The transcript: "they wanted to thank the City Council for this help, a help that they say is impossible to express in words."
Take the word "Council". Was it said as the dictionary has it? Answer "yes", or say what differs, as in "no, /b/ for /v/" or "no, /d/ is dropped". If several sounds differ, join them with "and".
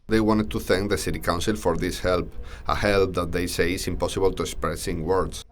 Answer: yes